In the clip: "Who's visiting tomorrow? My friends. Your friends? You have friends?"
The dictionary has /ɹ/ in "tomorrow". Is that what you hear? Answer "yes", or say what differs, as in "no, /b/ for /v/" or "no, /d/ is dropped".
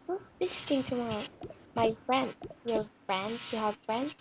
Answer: no, /ɹ/ is dropped